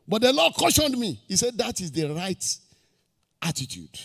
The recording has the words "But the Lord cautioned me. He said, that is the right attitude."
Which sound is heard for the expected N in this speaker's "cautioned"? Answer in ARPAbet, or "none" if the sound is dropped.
N